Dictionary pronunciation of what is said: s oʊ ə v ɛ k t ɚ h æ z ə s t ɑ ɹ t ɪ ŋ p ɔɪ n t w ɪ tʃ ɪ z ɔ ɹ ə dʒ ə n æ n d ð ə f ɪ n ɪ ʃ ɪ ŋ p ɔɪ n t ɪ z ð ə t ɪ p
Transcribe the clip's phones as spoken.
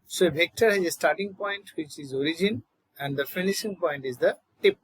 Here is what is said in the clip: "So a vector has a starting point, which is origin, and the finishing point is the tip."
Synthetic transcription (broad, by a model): s oʊ ə b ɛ k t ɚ h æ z ə s t ɑ ɹ t ɪ ŋ p ɔɪ n t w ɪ tʃ ɪ z ɔ ɹ ə dʒ ə n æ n d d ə f ɪ n ɪ ʃ ɪ ŋ p ɔɪ n t ɪ z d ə t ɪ p